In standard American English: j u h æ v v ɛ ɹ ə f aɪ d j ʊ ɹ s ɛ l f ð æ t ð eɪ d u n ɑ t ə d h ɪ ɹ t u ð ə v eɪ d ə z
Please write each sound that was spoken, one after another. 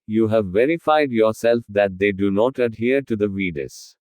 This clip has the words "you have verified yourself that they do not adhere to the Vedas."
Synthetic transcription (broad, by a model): j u h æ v v ɛ ɹ ə f aɪ d j ʊ ɹ s ɛ l f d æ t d eɪ d u n ɑ t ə d h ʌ ɹ t u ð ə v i d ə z